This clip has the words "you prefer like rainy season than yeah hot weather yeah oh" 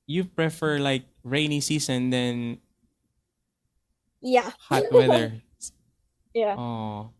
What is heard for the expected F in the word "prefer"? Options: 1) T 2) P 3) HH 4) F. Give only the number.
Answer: 4